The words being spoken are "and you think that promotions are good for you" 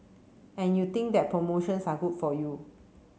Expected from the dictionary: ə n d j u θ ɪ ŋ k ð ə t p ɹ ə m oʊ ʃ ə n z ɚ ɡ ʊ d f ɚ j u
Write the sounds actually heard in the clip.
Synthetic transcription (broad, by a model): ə n j u t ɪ ŋ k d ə t p ɹ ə m oʊ ʃ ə n s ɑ ɡ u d f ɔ j u